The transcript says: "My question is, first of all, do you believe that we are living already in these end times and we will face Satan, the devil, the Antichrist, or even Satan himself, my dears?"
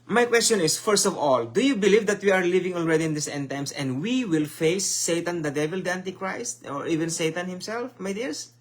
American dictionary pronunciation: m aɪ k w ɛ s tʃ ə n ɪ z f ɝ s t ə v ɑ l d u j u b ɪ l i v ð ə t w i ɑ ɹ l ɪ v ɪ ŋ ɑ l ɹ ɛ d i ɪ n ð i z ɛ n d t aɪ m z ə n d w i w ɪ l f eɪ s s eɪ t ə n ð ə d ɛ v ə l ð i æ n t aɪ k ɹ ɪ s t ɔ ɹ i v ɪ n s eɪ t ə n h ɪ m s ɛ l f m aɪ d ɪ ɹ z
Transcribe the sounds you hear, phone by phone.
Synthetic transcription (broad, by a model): m aɪ k w ɛ s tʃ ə n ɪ s f ɝ s t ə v ɑ l d u j u b ɪ l i v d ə t w i ɑ ɹ l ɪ v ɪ ŋ ɑ l ɹ ɛ d i ɪ n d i s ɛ n t aɪ m s ə n d w i w ɪ l f eɪ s s eɪ t ə n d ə d ɛ v ə l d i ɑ n t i k ɹ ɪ s t ɔ ɹ i v ɪ n s eɪ t ə n h ɪ m s ɛ l f m aɪ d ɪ ɹ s